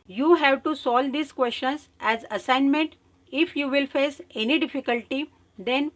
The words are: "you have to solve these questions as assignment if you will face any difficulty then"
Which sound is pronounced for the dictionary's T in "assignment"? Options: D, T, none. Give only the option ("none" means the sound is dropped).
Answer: T